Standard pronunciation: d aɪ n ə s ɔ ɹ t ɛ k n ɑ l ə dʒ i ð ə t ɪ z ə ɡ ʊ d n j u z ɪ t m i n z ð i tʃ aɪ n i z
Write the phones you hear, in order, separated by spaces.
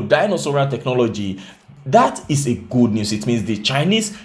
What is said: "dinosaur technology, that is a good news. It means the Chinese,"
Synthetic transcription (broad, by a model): d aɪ n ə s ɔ ɹ t ɛ k n ɑ l ə dʒ i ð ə t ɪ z ə ɡ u d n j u s ɪ t m i n s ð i tʃ aɪ n i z